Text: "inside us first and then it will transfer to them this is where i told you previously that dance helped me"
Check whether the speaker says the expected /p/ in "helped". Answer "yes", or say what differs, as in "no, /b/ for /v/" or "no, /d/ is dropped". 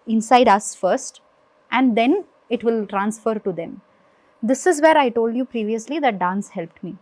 yes